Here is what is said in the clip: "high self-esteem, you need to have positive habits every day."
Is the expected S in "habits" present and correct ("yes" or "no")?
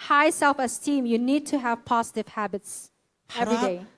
yes